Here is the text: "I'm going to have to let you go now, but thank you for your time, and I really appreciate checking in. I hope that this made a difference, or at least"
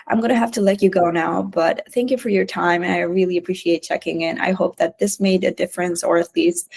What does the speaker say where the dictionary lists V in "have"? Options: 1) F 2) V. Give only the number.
1